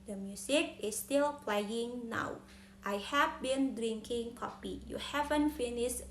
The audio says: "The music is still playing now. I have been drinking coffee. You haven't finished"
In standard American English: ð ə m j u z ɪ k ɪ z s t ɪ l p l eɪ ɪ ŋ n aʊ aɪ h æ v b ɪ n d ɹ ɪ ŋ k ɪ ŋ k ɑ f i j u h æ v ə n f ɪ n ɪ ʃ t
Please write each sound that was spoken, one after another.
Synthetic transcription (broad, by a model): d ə m j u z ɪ k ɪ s t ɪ l p l eɪ ɪ ŋ n aʊ aɪ h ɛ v b ɪ n d ɹ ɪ ŋ k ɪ ŋ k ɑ p i j u h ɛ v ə n f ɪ n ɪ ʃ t